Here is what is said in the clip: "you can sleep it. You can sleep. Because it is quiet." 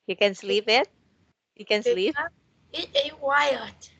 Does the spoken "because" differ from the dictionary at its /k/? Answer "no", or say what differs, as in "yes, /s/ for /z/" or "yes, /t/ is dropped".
yes, /k/ is dropped